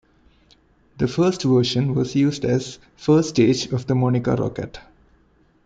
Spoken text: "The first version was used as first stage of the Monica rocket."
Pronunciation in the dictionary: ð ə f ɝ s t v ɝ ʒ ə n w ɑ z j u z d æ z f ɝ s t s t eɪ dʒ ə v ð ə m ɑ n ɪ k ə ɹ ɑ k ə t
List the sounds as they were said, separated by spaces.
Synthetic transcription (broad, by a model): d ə f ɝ s t v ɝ ʃ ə n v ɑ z j u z d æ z f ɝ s s t eɪ dʒ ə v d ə m ɑ n ɪ k ə ɹ ɑ k ə t